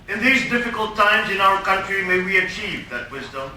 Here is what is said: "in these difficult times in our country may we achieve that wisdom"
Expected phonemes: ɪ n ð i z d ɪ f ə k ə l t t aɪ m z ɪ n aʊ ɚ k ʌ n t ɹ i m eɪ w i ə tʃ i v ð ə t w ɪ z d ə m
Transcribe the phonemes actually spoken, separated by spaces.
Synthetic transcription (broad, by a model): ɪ n ð i z d ɪ f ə k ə l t t aɪ m z ɪ n aʊ ɚ k ʌ n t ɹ i m eɪ w i ə tʃ i v ð ə t w ɪ z d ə m